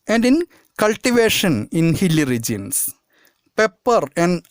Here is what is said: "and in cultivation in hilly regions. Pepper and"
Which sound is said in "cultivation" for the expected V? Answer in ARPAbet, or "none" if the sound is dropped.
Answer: V